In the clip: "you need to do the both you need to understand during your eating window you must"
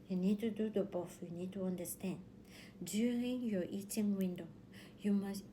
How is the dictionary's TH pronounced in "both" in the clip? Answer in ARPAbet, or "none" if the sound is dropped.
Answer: F